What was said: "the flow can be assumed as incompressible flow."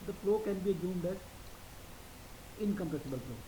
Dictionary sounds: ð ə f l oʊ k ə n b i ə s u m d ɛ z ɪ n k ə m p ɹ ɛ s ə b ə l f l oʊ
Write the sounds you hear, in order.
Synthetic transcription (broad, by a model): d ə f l oʊ k ə n b i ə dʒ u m d ɛ z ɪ n k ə m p ɛ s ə b ə l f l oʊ